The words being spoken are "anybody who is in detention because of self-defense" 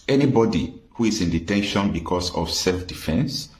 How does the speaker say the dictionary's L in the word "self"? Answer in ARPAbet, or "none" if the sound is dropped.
L